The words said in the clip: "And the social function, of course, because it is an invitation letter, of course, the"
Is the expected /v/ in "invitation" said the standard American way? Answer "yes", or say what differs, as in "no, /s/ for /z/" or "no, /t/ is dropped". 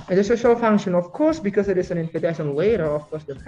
no, /f/ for /v/